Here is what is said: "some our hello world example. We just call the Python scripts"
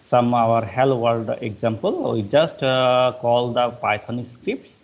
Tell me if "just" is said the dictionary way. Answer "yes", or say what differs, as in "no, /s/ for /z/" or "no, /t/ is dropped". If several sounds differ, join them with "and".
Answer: yes